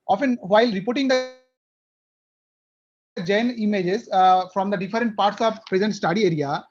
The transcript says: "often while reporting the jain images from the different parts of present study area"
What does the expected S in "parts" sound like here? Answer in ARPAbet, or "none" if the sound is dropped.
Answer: S